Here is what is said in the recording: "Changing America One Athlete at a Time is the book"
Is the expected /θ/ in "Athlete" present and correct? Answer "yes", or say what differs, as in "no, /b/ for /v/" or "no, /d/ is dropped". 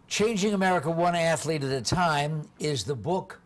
yes